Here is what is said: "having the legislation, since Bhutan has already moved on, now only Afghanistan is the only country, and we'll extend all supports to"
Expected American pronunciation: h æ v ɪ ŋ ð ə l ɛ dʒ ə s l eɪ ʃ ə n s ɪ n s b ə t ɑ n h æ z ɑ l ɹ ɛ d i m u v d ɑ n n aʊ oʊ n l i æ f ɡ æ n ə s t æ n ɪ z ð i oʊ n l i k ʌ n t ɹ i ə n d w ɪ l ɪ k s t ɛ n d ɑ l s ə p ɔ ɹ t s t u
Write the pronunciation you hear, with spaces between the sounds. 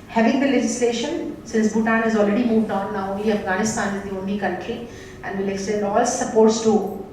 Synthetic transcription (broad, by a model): h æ v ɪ ŋ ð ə l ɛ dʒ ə s l eɪ ʃ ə n s ɪ n s b ə t ɑ n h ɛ z ɑ l ɹ ɛ d i m u v d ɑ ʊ n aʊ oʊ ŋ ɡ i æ f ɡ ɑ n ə s t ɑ n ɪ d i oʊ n i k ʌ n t i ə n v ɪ l ɪ k s t ɛ n d ɑ l s ə p ɔ ɹ t s t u